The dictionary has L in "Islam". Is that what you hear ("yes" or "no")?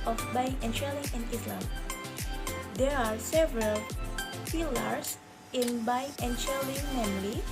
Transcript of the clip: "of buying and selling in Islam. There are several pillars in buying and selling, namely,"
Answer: yes